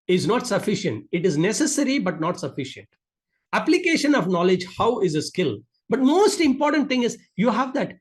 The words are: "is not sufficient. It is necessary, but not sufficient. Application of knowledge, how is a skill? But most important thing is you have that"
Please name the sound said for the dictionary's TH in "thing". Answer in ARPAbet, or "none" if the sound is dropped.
T